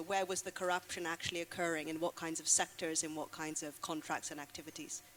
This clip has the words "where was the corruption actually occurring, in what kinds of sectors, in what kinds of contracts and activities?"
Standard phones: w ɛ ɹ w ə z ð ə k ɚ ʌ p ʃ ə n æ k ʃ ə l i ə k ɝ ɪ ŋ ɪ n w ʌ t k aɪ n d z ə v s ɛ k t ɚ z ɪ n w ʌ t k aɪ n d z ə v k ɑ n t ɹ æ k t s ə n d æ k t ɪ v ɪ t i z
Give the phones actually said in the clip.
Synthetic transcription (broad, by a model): w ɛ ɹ w ə z ð ə k ɚ ʌ p ʃ ə n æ k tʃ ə l i ə k ɝ ɪ ŋ ɪ n w ʌ t k aɪ n d z ə v s ɛ k t ɚ z ɪ n w ʌ t k aɪ n d z ə v k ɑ n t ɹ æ k t s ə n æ k t ɪ v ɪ t i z